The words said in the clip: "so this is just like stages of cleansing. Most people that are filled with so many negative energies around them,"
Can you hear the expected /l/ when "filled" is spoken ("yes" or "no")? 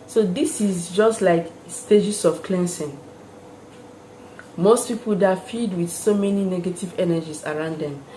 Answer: no